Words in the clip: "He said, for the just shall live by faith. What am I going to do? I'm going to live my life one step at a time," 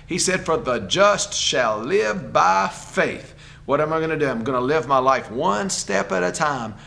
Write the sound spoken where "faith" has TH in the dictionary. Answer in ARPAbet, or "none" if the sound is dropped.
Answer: TH